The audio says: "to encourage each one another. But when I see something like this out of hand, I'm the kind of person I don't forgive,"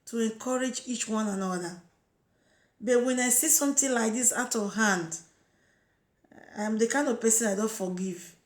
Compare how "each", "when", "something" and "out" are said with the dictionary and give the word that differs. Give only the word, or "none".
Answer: something